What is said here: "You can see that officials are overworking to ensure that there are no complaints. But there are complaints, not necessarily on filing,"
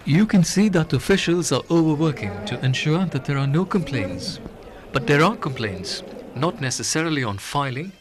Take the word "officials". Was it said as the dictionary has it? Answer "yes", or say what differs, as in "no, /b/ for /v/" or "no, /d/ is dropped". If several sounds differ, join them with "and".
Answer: yes